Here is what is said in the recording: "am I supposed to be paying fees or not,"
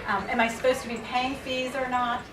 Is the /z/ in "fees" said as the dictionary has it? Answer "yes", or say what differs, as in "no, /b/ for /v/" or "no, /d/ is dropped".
yes